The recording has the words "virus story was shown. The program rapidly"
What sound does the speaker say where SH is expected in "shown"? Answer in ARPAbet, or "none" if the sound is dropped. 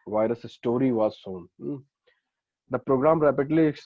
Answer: S